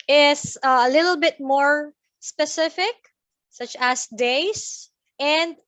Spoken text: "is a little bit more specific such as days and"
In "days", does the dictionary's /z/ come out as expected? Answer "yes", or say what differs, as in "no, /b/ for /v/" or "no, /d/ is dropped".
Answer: no, /s/ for /z/